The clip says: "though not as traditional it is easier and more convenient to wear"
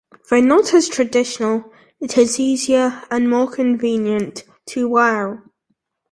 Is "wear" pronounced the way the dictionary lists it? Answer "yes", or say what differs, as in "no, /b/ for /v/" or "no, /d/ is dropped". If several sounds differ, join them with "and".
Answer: no, /l/ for /ɹ/